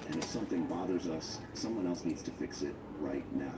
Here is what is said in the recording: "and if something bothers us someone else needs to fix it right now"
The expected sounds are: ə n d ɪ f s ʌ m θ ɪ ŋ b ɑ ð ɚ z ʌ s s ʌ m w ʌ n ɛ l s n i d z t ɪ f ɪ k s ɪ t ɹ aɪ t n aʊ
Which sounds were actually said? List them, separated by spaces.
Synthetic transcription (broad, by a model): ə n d ɪ f s ʌ m θ ɪ ŋ b ɑ ð ɚ z ʌ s s ʌ m w ʌ n ɛ l s n i d z t ɪ f ɪ k s ɪ t ɹ aɪ t n aʊ